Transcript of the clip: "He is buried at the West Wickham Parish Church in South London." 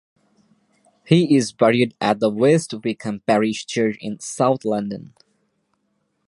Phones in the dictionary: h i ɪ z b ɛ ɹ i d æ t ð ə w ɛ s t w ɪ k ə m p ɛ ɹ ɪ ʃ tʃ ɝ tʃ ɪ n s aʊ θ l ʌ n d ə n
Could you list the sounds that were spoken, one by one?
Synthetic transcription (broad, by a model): h i ɪ z b ɛ ɹ i d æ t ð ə w ɛ s t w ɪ k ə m p ɛ ɹ ɪ ʃ tʃ ɝ tʃ ɪ n s aʊ θ l ʌ n d ə n